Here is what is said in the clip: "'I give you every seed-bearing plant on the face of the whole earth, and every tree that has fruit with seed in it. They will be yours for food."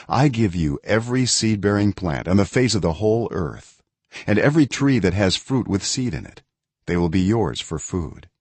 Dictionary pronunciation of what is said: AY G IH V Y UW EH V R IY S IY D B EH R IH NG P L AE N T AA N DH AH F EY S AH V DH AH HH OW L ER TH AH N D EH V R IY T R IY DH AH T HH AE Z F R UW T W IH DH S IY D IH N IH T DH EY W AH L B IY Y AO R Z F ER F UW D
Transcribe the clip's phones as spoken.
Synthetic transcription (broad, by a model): AY G IH V Y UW EH V R IY S IY D B EH R IH NG P L AE N T N DH AH F EY S AH V DH AH HH OW L ER TH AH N EH V R IY T R IY DH AH T HH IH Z F R UW T W IH DH S IY D IH N IH T DH EY W AH L B IY Y AO R Z F ER F UW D